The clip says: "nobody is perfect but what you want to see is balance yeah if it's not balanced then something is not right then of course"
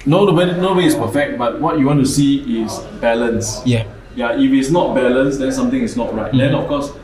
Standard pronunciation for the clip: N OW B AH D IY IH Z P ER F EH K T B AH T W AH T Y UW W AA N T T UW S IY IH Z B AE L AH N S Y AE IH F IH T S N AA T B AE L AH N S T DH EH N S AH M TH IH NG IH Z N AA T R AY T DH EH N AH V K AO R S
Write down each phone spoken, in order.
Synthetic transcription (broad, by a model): N OW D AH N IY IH S P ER F EH K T B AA T W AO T Y UW W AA N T T UW S IY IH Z B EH L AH N S Y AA IH F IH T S N AA T B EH L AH N S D EH N S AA M T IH NG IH S N AA T R AY T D EH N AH F K AO S